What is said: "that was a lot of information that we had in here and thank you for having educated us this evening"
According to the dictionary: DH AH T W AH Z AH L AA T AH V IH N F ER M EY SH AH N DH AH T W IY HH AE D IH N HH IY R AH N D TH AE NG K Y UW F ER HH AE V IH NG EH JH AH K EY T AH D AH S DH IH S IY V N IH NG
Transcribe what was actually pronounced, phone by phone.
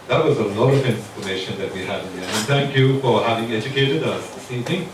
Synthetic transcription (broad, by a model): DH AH T W AH Z AH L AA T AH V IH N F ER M EY SH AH N DH AH T W IY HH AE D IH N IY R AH N TH AE NG K Y UW F ER HH AE V IH NG EH JH AH K EY T AH D AH S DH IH S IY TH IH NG